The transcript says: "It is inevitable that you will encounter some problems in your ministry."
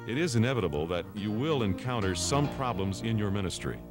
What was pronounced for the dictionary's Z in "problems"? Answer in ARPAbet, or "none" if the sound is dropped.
Z